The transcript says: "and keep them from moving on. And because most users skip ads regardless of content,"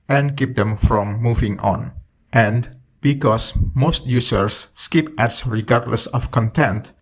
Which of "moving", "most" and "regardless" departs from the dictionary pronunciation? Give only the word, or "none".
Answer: none